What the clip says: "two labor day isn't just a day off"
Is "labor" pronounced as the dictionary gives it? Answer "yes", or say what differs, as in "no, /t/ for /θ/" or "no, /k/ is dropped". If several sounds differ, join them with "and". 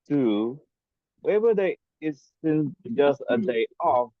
no, /w/ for /l/